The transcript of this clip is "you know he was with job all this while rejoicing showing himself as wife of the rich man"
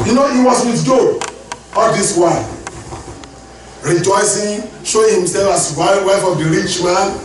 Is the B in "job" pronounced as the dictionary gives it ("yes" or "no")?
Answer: no